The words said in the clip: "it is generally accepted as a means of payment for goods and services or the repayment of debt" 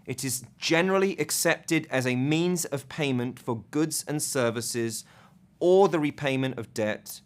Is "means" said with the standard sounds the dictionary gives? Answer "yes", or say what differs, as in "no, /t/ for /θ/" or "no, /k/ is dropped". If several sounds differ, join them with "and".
yes